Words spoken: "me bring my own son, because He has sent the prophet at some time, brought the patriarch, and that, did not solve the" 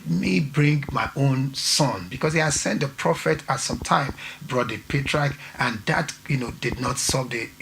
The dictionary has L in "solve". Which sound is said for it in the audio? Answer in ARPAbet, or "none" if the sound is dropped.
none